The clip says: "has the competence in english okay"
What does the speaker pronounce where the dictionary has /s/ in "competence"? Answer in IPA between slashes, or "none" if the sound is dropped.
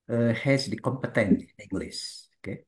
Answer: none